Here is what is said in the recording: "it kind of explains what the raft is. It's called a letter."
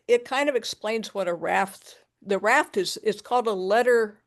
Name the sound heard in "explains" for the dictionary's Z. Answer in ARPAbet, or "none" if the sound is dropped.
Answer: Z